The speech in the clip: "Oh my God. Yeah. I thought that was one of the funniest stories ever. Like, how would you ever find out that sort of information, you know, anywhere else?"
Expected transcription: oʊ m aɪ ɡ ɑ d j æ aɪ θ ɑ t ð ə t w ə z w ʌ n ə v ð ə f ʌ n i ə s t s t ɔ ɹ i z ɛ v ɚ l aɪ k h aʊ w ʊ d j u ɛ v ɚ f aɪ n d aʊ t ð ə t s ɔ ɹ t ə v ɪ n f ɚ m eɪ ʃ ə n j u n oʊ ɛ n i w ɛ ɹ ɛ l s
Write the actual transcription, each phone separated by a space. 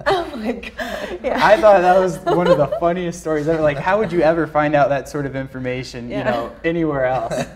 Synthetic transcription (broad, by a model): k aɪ ɑ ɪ θ ɑ t ð ə t w ə z w ʌ n ə v ð ə f ʌ n i ə s t s t ɔ ɹ i z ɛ ɚ l aɪ k h aʊ w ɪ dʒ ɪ ɛ v ɚ f aɪ n d aʊ t ð ə t s ɔ ɹ t ə v ɪ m f ɚ m eɪ ʃ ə n j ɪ n oʊ ɛ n i w ɛ ɹ ɛ l s